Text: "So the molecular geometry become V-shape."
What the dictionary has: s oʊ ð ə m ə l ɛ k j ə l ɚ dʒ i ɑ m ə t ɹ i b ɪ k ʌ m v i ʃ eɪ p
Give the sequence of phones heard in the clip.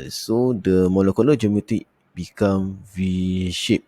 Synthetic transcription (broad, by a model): s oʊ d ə m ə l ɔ k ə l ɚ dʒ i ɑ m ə t i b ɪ k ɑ m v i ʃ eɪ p